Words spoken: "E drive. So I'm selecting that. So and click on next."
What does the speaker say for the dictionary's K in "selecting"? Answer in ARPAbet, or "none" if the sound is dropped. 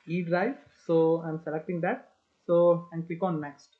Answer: K